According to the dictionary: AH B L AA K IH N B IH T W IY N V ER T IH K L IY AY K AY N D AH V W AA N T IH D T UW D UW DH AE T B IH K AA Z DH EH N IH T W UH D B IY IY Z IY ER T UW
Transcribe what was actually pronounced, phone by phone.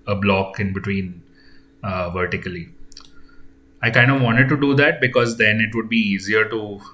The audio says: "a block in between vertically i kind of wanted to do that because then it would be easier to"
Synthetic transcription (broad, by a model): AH B L AA K IH N B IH T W IY N V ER T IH K L IY AY K AY N D AH V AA N T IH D T UW D UW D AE T B IH K AA Z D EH N IH T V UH D B IY IY Z IY ER T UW